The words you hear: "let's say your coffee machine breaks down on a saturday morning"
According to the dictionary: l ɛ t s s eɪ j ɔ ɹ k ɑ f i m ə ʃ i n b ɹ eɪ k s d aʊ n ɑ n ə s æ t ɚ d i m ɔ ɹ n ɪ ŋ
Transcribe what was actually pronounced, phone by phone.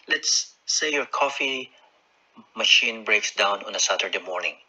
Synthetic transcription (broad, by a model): l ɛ t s s eɪ j ɔ ɹ k ɑ f i m ə ʃ i n b ɹ eɪ k s d aʊ n ɑ n ə s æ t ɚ d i m ɔ ɹ n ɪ ŋ